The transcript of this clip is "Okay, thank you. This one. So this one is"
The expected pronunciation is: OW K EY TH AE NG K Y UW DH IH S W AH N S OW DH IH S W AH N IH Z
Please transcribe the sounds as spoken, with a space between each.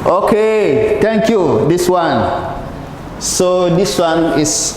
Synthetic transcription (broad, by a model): OW K EY T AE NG K Y UW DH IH S W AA N S OW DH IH S W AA N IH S